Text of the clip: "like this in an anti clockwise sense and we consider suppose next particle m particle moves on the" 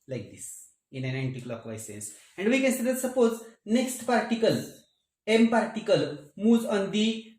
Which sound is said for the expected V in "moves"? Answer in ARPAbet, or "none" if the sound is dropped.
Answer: none